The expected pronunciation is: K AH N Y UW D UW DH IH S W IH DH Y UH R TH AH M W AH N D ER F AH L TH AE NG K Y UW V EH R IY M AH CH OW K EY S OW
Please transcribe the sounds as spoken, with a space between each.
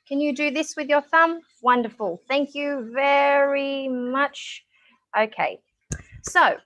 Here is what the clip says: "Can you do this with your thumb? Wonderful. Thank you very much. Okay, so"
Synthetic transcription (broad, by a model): K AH N Y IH D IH DH IH S W IH DH Y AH R TH AH M W AH N D ER F AH L TH AE NG K Y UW V EH R IY M AH CH OW K EY S OW